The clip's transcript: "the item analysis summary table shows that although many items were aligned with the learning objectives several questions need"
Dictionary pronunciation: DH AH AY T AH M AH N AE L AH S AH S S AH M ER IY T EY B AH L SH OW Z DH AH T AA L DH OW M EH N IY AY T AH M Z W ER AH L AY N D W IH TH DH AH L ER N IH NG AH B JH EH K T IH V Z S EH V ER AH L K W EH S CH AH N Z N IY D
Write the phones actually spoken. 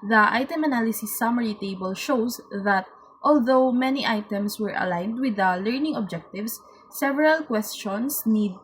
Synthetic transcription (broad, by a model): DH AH AY T AH M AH N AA L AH S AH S S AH M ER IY T EY B AH L SH OW S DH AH T AA L DH OW M EH N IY AY T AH M S W ER AH L AY N D W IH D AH L ER N IH NG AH B JH EH K T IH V S EH V ER AH L K W EH S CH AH N S N IY D